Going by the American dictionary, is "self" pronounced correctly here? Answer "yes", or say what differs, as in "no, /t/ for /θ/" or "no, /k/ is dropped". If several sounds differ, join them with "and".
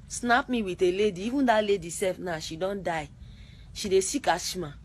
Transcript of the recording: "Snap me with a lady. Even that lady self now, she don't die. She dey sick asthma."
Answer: no, /l/ is dropped